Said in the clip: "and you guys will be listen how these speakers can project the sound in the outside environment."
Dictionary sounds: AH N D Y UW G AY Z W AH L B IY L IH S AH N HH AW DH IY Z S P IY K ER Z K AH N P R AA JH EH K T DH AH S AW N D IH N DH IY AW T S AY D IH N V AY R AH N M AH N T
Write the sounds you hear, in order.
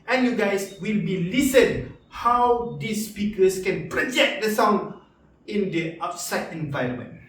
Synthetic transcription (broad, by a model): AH N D Y UW G AY S W AH L B IY L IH S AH N HH AW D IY S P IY K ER S K AH N P R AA JH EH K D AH S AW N IH N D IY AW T S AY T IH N V AY R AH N M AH N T